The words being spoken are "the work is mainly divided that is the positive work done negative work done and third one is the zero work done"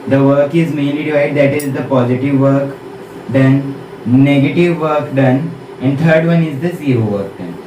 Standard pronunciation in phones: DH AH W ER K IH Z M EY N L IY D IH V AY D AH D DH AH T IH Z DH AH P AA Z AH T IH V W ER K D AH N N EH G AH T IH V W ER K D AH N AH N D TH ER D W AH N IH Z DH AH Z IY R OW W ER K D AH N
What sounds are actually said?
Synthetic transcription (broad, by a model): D AH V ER K IH Z M EY N L IY D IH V AY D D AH T IH Z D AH P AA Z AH T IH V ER K D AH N N EH G AH T IH V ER K D AH N AH N D T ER D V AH N IH Z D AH S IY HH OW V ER K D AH N